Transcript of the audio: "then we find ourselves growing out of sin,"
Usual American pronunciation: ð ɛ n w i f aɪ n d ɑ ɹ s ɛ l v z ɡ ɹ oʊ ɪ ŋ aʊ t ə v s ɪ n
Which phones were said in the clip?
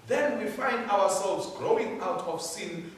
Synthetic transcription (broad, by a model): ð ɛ n w i f aɪ n d ɑ w s ɛ l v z ɡ ɹ oʊ ɪ ŋ aʊ t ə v s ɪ n